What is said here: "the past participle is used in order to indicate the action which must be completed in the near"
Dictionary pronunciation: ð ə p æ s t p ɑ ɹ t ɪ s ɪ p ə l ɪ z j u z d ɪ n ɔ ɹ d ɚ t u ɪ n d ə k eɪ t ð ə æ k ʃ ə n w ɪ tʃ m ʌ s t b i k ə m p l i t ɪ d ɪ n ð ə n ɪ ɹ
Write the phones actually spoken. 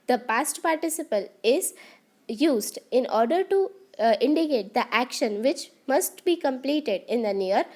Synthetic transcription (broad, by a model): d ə p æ s t p ɑ ɹ t ɪ s ɪ p ə l ɪ z j u z d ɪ n ɔ ɹ d ɚ t u ɪ n d ə k eɪ t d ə æ k ʃ ə n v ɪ tʃ m ʌ s t b i k ə m p l i t ɪ d ɪ n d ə n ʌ ɹ